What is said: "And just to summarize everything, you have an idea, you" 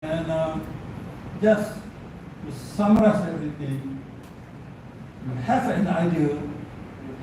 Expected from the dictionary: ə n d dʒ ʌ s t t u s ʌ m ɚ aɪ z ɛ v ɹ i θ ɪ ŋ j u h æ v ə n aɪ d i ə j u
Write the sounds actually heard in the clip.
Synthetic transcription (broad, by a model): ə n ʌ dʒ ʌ s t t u s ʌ m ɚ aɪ s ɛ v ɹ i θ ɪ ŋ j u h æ f ə n aɪ d i ə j